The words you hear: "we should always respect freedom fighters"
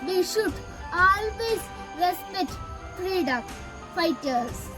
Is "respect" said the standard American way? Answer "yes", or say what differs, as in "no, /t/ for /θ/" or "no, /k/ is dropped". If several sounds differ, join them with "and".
no, /k/ is dropped